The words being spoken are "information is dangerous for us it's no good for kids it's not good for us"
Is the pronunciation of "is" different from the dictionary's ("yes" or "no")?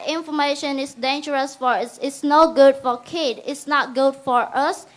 yes